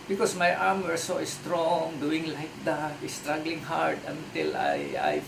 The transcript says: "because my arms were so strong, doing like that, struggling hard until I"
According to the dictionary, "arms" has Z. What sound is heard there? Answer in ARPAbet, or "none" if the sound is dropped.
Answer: none